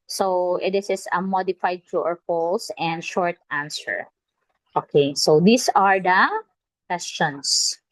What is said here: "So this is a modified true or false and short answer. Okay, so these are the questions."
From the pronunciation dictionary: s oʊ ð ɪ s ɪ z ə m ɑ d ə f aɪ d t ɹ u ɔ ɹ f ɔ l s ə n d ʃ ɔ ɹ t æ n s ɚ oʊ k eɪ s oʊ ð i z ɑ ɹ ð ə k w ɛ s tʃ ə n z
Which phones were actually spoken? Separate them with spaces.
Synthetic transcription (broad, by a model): s oʊ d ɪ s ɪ s ə m ɑ d ə f aɪ d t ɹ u ɔ ɹ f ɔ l s ə n d ʃ ɔ ɹ t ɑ n s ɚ oʊ k eɪ s oʊ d i s ɑ ɹ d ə k w ɛ s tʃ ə n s